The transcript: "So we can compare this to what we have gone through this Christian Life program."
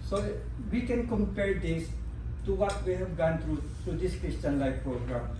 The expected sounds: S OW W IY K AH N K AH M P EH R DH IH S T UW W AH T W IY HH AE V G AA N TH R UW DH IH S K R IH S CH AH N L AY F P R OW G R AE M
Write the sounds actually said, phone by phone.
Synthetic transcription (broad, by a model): S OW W IY K AH N K AH M P EH R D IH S T UW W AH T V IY HH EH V G AA N T R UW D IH S K R IH S CH AH N L AY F P R OW G R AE M